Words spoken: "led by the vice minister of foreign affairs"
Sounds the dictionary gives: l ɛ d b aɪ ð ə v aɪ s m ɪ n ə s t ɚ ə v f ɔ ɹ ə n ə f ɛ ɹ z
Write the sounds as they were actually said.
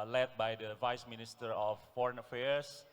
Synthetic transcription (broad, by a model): l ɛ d b aɪ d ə v aɪ s m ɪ n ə s t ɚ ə f ɔ ɹ ə n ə f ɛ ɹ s